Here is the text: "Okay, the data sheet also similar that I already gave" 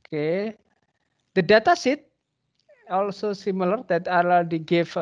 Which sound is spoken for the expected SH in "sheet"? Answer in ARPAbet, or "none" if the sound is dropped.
S